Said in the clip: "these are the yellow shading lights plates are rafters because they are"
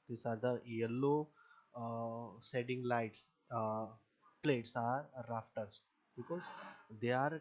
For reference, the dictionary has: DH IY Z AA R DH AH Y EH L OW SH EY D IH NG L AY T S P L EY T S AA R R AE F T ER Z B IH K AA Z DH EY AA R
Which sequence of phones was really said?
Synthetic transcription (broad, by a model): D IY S AA R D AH Y EH L OW S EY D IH NG L AY T S P L EY T S AA R R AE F T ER S B IH K AA Z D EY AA R